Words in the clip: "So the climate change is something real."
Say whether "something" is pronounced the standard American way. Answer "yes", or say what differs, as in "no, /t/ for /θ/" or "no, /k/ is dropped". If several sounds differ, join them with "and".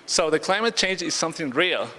yes